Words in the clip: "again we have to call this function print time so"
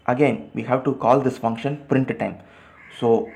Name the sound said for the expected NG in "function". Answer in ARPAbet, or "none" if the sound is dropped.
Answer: NG